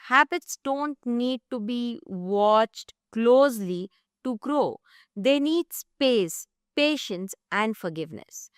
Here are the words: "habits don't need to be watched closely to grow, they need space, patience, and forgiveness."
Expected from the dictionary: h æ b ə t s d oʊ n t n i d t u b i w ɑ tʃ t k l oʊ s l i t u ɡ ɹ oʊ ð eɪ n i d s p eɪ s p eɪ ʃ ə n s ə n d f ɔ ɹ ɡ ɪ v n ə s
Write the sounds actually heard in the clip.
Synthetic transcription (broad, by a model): h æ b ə t s d oʊ n t n i d t u b i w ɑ tʃ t k l oʊ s l i t u ɡ ɹ oʊ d eɪ n i d s p eɪ s p eɪ ʃ ə n s ə n d f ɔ ɹ ɡ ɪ v n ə s